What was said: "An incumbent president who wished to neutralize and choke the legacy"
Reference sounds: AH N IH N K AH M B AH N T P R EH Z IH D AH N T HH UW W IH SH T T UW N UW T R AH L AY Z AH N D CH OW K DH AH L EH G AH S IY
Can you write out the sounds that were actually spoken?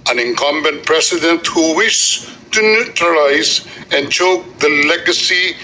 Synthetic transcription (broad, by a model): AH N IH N K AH M B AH N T P R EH S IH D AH N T HH UW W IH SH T T UW N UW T R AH L AY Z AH N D CH OW K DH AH L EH G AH S IY